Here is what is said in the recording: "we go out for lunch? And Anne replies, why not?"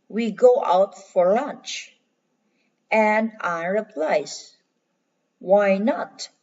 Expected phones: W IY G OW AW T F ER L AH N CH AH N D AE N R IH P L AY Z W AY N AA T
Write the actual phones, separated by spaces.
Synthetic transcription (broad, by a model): W IY G OW AW T F ER L AH N CH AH N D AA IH R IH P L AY S W AY N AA T